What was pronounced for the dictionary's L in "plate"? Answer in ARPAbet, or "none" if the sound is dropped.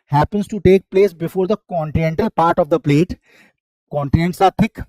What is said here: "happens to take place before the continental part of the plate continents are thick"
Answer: L